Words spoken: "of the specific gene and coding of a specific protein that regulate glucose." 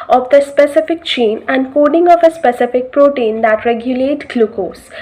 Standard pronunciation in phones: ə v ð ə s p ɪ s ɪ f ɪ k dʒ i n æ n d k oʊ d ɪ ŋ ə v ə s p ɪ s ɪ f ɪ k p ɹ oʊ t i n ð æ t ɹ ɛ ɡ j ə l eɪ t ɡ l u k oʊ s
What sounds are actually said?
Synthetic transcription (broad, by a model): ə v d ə s p ɪ s ɪ f ɪ k tʃ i n æ n d k oʊ d ɪ ŋ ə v ə s p ɪ s ɪ f ɪ k p ɹ oʊ t i n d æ t ɹ ɛ ɡ j ə l eɪ t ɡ l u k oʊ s